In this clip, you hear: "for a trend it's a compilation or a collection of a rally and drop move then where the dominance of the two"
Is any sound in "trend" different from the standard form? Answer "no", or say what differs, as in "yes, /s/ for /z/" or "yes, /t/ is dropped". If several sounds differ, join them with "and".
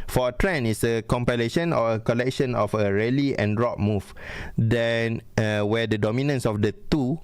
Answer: yes, /d/ is dropped